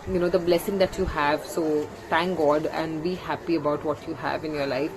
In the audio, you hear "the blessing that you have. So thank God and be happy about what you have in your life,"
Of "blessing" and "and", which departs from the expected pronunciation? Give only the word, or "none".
none